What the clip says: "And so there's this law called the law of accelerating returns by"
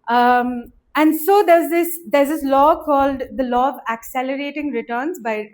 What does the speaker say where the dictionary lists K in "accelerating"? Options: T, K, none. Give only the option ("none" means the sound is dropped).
K